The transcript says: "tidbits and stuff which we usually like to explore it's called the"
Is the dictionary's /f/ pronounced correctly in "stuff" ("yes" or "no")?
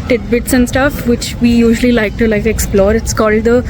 yes